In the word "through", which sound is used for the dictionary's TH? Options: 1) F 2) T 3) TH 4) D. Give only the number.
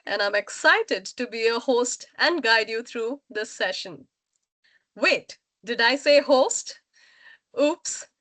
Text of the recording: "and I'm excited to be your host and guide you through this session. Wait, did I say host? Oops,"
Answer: 2